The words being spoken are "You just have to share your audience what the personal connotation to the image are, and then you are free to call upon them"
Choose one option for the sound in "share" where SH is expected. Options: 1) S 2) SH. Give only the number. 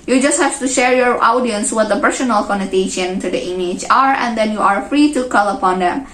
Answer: 2